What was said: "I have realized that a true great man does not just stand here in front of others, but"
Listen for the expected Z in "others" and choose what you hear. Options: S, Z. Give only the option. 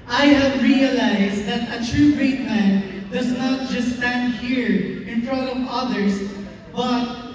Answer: S